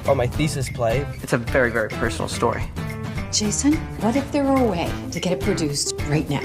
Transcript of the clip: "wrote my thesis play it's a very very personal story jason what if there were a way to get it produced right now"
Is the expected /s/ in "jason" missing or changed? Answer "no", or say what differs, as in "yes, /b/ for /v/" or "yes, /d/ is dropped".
no